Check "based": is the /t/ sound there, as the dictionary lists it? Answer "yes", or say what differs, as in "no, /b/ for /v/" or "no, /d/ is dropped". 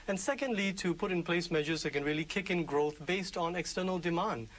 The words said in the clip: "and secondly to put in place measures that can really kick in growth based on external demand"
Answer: yes